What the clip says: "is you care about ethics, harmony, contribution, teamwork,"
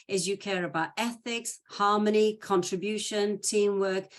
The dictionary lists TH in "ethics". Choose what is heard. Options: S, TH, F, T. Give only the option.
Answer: TH